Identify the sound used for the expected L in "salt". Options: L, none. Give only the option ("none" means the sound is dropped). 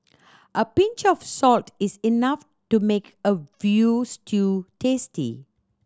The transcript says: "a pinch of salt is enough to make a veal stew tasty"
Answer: L